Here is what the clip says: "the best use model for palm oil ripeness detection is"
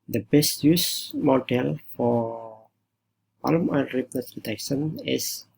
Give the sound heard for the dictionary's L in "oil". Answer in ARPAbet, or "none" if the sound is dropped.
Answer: N